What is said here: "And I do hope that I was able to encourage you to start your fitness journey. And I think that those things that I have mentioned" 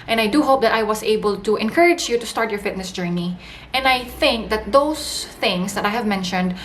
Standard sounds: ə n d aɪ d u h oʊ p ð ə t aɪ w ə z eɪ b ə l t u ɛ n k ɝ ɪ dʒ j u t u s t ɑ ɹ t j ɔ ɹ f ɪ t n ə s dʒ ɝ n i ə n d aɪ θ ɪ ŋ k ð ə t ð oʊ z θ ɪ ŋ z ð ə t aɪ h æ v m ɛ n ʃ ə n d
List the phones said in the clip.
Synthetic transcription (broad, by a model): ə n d aɪ d u h oʊ p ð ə t aɪ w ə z eɪ b ə l t u ɛ n k ɝ ɪ dʒ j u t u s t ɑ ɹ t j ɔ ɹ f ɪ t n ə s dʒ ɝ n i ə n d aɪ θ ɪ ŋ k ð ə t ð oʊ s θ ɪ ŋ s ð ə t aɪ h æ v m ɛ n ʃ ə n d